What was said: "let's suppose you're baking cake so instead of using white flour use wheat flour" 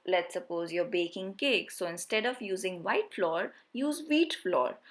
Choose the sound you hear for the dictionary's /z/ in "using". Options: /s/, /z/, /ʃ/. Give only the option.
/z/